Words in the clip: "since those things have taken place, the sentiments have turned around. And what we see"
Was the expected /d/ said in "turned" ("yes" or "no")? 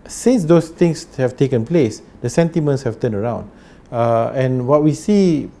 no